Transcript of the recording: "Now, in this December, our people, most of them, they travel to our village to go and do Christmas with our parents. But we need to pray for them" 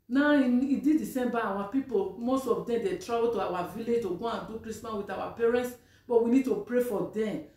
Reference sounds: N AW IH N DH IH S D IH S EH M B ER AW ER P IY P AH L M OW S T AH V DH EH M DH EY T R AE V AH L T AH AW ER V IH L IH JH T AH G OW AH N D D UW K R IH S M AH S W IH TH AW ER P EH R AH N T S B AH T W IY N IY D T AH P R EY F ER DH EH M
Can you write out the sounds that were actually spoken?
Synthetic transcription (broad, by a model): N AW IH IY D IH D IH S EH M B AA AW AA P IY P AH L M OW S T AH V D EH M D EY T R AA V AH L T AH AW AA V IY L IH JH T AH G OW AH N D D UW K R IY S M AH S W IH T AW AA P EH R AH N T S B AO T W IY N IY D T AH P R EY F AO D EH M